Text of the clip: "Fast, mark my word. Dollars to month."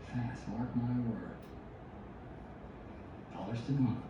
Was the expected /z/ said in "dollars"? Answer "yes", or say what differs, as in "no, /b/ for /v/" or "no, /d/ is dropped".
no, /s/ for /z/